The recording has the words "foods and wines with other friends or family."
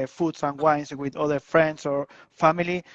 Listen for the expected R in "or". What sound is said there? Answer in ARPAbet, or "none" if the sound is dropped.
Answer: R